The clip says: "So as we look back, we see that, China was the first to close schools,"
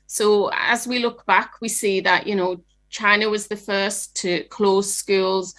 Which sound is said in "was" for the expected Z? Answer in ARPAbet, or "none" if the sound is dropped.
Z